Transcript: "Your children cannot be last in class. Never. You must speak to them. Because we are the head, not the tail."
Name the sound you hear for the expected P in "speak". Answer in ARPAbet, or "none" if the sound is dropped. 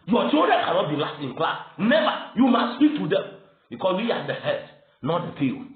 P